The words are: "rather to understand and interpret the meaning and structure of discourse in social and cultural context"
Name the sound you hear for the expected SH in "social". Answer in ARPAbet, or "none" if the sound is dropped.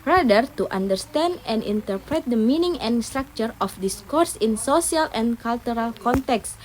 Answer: S